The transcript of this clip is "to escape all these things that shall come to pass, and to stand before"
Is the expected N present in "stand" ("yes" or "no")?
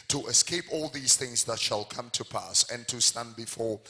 yes